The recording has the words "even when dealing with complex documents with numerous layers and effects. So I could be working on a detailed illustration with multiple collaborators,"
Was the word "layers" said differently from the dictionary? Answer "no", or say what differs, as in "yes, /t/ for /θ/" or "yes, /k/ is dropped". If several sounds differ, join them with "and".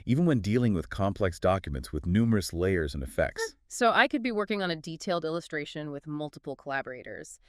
no